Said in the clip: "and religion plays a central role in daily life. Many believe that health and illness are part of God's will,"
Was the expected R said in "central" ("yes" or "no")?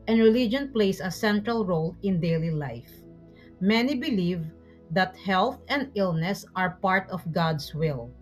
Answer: yes